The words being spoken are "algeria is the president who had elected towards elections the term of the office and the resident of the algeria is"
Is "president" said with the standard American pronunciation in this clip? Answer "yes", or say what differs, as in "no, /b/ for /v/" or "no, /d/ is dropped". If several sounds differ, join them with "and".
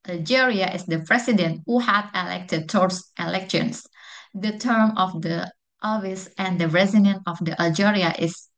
no, /s/ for /z/